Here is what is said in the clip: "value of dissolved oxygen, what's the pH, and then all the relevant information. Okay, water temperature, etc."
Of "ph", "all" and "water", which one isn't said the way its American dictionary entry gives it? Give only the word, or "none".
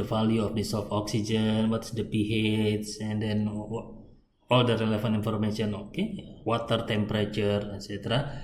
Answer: ph